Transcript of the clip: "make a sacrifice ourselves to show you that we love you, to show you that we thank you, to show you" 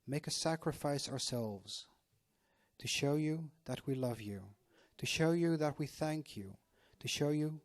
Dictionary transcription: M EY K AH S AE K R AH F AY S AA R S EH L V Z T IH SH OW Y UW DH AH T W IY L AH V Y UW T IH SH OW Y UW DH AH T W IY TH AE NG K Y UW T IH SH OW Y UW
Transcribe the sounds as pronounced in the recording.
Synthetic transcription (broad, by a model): M EY K AH S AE K R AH F AY S AA R S EH L V Z T IH SH OW Y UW DH AH T W IY L AH V Y UW T IH SH OW Y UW DH AH T W IY TH AE NG K Y UW T IH SH OW Y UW